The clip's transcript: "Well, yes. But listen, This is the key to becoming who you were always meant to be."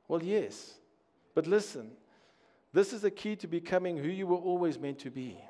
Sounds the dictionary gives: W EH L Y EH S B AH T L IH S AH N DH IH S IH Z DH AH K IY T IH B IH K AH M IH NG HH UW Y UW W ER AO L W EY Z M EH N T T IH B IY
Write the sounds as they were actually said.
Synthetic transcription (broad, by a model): W EH L Y EH S B AH T L IH S AH N DH IH S IH Z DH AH K IY T IH B IH K AH M IH NG HH UW Y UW W ER AO L W EY Z M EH N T T IH B IY